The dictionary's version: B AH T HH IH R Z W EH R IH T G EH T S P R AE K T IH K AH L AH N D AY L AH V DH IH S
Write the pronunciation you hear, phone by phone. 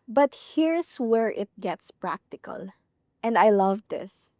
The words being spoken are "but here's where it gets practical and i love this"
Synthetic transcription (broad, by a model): B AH T HH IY R S W EH R IH T G EH T S P R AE K T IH K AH L AH N D AY L AH V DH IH S